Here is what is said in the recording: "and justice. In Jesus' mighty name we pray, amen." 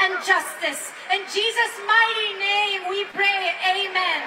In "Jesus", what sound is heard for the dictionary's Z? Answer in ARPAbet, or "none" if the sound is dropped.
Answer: Z